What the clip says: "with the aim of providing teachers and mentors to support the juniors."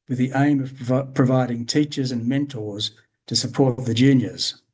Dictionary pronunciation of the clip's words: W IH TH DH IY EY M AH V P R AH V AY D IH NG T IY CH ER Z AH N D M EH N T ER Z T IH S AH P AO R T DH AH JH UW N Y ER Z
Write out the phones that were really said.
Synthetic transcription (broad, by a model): W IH DH IY EY M AH V P R AH V AY D IH NG T IY CH ER Z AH N M EH N T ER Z T IH S AH P AO R T DH AH JH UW N Y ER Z